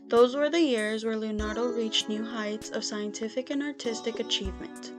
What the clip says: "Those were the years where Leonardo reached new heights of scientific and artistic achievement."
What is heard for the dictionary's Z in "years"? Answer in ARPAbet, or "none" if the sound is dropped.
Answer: Z